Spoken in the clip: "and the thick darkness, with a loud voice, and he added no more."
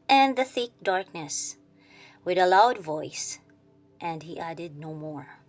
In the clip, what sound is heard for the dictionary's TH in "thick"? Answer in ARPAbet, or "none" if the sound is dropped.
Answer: TH